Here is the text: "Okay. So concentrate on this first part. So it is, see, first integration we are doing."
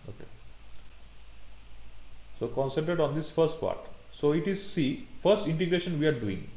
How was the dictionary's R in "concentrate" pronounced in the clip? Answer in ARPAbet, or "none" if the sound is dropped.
none